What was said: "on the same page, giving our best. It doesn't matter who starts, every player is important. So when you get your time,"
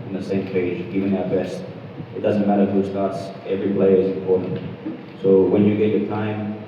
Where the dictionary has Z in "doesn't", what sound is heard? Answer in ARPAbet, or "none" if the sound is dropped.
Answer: Z